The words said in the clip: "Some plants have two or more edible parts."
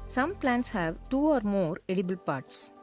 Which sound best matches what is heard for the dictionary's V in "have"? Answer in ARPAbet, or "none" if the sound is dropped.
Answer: V